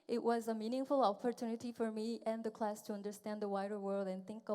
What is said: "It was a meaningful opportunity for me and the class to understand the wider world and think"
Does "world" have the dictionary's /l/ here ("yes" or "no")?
yes